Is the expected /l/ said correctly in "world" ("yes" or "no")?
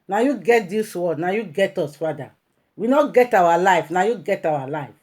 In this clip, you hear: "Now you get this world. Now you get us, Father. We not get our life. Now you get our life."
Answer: no